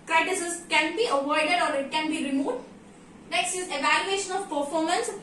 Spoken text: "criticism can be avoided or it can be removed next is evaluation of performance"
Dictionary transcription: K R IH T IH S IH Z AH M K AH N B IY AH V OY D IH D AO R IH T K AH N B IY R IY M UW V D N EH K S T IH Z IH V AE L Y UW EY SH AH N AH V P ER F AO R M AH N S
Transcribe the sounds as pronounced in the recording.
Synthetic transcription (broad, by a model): K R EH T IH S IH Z K AH N B IY AH V OY D IH D AO R IH T K AH N B IY R IY M UW V D L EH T S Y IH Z IH V AE L Y UW EY SH AH N AH V P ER F AO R M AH N S